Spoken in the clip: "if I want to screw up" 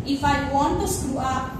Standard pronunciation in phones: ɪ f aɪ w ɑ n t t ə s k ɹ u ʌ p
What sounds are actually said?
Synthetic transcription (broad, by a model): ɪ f aɪ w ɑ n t t ə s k u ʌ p